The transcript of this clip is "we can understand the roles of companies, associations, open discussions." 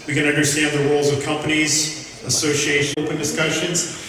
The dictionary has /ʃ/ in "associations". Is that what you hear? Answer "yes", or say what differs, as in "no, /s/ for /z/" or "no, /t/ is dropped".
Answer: no, /ʃ/ is dropped